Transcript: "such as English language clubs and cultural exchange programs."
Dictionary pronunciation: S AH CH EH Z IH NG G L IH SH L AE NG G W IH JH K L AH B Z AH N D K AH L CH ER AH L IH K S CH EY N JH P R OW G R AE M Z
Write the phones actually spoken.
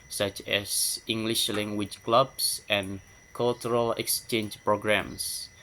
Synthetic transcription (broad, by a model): S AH CH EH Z IH NG G L IH SH L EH NG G W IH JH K L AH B S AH N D K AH L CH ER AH L IH K S CH EY N JH P R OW G R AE M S